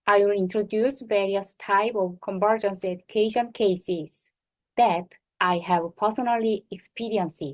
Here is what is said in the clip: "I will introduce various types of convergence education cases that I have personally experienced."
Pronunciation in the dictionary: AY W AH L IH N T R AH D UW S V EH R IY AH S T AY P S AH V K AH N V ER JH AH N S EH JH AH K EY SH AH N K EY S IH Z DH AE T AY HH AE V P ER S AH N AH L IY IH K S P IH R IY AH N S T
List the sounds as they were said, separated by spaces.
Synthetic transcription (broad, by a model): AY W AH L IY N T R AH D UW S V EH R IY AH S T AY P AH V K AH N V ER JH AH N S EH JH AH K EY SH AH N K EY S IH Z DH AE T AY HH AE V P ER S AH N AH L IY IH K S P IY R IY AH N S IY